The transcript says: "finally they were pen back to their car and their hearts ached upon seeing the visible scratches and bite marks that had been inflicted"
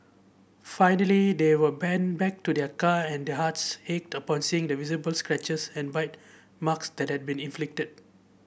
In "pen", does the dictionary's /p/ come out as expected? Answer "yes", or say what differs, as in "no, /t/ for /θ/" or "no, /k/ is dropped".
no, /b/ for /p/